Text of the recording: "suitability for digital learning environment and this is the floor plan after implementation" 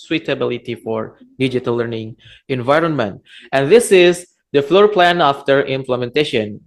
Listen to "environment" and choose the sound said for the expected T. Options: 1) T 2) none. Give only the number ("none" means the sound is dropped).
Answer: 1